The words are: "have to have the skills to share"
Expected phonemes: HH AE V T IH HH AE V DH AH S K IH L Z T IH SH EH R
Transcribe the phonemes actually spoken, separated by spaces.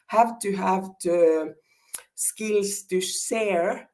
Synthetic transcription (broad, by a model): HH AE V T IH HH AE V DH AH S K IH L S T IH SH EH R